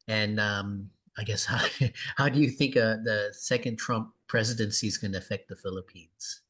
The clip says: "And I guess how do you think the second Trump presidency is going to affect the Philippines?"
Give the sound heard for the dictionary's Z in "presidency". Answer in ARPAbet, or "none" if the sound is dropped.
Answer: Z